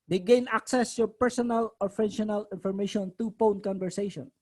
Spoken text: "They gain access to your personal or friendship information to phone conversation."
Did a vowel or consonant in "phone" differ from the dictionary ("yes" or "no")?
yes